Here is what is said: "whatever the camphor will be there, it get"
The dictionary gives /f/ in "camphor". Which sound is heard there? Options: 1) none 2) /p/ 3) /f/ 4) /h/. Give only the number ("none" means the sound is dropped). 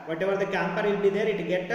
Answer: 2